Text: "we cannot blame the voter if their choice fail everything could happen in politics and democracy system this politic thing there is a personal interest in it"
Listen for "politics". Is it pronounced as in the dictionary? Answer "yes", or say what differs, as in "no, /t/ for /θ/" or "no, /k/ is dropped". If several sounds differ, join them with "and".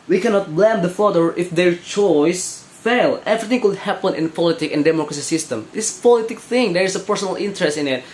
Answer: no, /s/ is dropped